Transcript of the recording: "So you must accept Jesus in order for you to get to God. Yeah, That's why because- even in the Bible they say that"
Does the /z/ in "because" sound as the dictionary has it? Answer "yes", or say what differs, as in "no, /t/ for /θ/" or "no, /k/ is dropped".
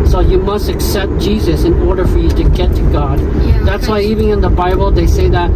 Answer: no, /z/ is dropped